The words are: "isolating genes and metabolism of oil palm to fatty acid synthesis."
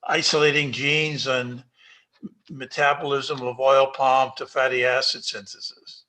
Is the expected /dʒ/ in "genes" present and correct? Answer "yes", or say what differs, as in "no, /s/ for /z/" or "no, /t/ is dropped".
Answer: yes